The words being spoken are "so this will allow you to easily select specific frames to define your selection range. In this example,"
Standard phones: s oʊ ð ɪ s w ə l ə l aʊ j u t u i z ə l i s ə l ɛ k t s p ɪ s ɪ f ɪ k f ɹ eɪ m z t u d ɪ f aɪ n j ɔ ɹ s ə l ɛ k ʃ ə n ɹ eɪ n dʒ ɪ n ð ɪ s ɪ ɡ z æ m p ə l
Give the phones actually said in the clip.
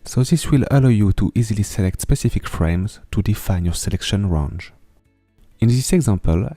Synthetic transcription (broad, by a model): s oʊ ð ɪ s w ə l ə l aʊ j u t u i z ə l i s ə l ɛ k t s p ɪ s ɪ f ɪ k f ɹ eɪ m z t u d ɪ f aɪ n j ɔ ɹ s ə l ɛ k ʃ ə n ɹ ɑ n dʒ ɪ n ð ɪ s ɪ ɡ z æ m p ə l